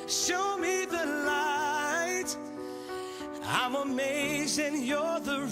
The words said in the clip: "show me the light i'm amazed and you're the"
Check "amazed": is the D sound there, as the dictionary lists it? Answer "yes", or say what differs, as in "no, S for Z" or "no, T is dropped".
no, D is dropped